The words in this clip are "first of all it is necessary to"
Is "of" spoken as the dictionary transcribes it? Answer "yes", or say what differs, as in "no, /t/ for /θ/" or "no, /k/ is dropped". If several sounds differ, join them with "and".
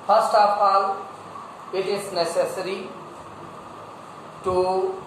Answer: no, /p/ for /v/